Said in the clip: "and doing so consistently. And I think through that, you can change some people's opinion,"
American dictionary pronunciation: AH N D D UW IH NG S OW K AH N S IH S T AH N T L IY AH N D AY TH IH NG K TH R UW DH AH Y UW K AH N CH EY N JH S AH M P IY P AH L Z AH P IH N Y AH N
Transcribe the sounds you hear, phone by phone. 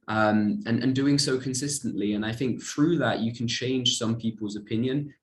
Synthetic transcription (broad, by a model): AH N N D UW IH NG S OW K AH N S IH S T AH N T L IY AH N AY TH IH NG K TH R UW DH AH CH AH K AH N CH EY N ZH S AH M P IY P AH L Z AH P IH N Y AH N